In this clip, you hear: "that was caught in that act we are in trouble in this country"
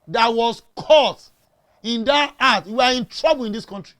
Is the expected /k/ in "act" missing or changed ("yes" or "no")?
yes